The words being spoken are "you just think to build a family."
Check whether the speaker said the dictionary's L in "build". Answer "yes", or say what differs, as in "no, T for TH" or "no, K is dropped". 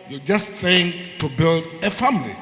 yes